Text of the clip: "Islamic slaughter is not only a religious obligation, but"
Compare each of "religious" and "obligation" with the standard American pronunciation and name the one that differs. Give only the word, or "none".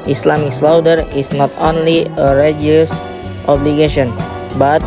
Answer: religious